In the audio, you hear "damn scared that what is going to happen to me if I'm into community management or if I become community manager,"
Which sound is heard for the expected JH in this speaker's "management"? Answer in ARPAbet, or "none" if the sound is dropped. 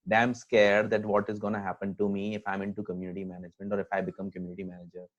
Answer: JH